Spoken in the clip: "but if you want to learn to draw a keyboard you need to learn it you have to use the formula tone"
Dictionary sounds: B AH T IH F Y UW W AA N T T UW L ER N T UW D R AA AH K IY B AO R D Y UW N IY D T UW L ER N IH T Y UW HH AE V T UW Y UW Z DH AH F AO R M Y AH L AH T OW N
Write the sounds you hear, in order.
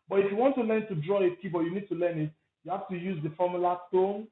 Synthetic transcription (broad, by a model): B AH T IH F Y UW W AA N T T UW L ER N T UW D R AA AH K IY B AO Y UW N IY D T UW L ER N IH T Y UW HH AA F T UW Y UW Z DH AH F AO M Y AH L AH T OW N